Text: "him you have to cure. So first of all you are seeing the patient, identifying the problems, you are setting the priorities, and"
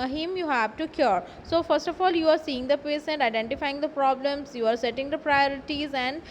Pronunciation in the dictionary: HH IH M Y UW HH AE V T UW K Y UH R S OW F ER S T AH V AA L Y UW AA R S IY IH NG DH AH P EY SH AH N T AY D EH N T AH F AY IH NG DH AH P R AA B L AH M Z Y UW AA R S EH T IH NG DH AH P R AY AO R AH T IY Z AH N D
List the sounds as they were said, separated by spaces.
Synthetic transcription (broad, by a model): HH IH M Y UW HH AE V T UW K Y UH R S OW F ER S T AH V AA L Y UW AA R S IY IH NG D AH P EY S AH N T AY D EH N T AH F AY IH NG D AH P R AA B L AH M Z Y UW AA R S EH T IH NG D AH P R AY AO R AH T IY Z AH N D